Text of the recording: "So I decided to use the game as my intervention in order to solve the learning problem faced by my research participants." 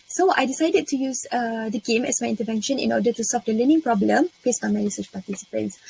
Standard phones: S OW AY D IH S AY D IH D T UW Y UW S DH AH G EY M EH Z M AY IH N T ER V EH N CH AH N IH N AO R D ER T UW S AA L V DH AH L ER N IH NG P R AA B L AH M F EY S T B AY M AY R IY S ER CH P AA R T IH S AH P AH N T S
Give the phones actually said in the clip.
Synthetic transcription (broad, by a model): S OW AY D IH S AY D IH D T UW Y UW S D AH G EY M EH S M AY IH N T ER V EH N SH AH N IH N AO D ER T UW S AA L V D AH L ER N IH NG P R AA B L AH M P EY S B AY M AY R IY S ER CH P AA T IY S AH P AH N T S